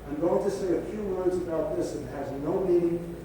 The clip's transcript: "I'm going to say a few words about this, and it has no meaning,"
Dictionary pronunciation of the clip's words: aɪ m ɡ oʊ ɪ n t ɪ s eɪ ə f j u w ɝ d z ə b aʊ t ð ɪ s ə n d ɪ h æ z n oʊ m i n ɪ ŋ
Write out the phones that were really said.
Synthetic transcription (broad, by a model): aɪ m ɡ oʊ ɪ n t ɪ s eɪ ə f j u w ɝ d z ə b aʊ t ð ɪ s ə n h ɪ z n oʊ m i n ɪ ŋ